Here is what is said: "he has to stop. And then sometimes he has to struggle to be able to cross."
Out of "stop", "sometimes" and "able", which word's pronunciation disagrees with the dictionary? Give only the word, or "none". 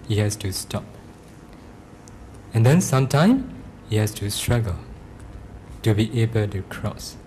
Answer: sometimes